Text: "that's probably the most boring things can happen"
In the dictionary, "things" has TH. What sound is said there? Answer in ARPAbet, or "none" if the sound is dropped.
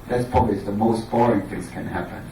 TH